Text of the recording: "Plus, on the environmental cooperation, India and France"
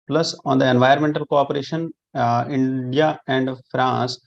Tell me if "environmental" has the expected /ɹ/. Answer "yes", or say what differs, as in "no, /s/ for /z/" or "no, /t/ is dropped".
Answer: no, /ɹ/ is dropped